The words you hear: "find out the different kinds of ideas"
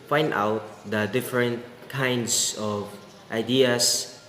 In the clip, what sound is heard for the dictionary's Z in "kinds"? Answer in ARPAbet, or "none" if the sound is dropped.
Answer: S